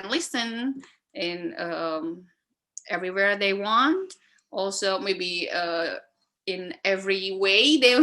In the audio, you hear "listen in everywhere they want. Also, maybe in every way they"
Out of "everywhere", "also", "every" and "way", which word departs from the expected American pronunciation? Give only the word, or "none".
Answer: none